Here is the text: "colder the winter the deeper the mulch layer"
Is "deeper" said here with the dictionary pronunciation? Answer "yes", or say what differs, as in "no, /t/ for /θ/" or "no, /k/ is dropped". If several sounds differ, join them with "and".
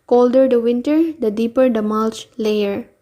yes